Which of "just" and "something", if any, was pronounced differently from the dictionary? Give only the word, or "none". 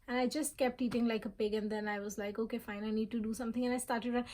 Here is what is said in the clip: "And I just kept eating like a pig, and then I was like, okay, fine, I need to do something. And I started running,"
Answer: something